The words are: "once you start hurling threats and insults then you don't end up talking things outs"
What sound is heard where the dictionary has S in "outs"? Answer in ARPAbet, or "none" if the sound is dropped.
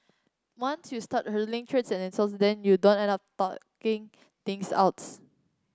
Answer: S